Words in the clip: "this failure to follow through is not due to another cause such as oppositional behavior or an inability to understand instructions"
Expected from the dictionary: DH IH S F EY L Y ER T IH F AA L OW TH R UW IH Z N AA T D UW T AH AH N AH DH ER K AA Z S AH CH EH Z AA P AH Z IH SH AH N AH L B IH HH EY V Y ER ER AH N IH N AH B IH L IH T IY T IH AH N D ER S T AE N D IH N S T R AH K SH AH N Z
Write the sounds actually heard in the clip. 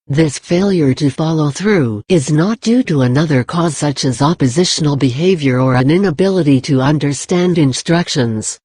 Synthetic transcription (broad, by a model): DH IH S F EY L Y ER T IH F AA L OW TH R UW IH Z N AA T D UW T AH AH N AH DH ER K AA Z S AH CH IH Z AA P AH Z IH SH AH N L B IH HH EY V Y ER ER AH N IH N AH B IH L IH T IY T IH AH N D ER S T AE N D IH N S T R AH K SH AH N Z